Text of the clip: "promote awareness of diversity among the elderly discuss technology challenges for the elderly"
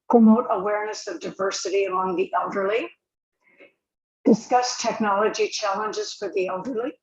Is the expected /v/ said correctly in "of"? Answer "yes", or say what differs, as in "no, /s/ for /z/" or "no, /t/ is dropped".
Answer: yes